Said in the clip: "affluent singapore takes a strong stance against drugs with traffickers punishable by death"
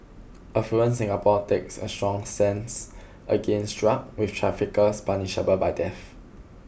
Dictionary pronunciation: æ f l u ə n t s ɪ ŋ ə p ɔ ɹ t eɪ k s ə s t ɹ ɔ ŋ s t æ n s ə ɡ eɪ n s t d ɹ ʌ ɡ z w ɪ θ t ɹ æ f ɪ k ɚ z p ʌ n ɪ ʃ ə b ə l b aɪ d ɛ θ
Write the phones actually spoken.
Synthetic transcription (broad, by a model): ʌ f u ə n s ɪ ŋ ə p ɔ t eɪ k s ə s t ɹ ɔ ŋ s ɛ n s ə ɡ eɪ n s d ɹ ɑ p w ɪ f t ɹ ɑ f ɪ k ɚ s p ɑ n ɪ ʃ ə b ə b aɪ d ɛ f